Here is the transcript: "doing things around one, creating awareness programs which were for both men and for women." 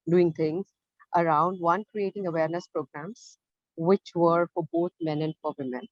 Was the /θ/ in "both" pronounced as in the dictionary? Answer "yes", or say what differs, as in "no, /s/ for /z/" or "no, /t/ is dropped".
no, /t/ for /θ/